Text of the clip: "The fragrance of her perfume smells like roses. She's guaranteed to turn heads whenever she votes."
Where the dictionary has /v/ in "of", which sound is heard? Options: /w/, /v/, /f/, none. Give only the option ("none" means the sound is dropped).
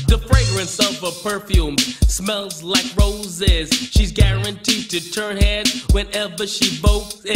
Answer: /v/